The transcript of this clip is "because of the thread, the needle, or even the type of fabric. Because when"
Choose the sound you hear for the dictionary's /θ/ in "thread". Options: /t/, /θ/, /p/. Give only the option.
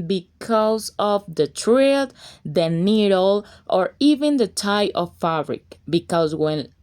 /t/